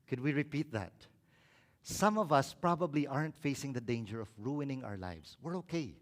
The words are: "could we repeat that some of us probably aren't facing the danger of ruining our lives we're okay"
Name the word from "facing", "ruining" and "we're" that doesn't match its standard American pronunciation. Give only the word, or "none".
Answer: none